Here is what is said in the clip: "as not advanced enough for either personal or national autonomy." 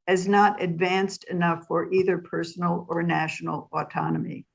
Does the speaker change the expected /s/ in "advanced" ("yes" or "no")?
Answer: no